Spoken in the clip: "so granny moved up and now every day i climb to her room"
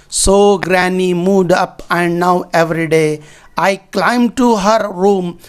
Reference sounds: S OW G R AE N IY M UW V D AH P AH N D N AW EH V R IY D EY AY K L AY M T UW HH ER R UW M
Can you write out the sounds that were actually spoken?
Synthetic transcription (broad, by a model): S OW G R AE N IY M UW D AH P AH N D N AW EH V R IY D EY AY K L AY M T UW HH ER R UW M